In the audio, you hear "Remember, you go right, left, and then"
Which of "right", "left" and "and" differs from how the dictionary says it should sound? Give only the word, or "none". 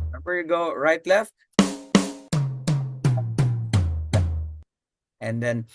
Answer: none